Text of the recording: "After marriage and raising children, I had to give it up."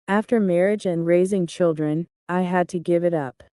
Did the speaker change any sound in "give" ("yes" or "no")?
no